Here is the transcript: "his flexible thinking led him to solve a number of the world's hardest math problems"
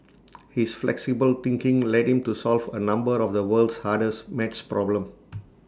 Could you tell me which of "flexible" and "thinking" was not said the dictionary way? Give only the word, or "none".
thinking